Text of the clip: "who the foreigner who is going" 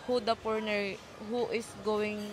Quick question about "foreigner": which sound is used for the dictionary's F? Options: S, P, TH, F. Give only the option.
P